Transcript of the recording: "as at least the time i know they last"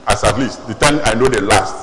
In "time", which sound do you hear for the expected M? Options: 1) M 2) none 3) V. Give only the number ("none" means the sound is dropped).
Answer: 2